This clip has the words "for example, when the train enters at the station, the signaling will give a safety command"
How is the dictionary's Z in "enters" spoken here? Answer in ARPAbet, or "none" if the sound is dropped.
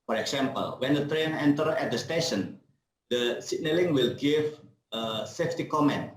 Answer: none